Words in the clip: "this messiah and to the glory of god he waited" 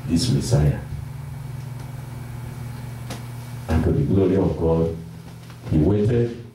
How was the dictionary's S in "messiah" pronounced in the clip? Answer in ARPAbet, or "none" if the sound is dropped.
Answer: S